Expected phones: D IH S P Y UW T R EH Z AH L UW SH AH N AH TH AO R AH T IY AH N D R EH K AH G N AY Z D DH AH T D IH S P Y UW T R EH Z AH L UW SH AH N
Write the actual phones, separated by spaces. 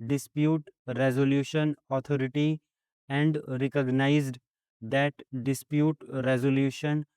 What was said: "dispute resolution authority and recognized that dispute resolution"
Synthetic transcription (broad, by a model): D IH S P Y UW T R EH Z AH L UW SH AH N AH T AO R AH T IY AH N D R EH K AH G N AY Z D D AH T D IH S P Y UW T R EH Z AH L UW SH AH N